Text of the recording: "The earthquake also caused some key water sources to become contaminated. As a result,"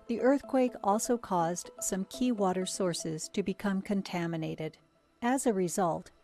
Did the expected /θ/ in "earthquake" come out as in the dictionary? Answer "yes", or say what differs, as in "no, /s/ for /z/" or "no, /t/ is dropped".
yes